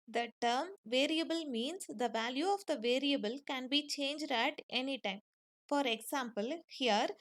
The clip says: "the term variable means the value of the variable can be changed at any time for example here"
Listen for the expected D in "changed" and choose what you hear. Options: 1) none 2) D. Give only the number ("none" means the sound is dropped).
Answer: 2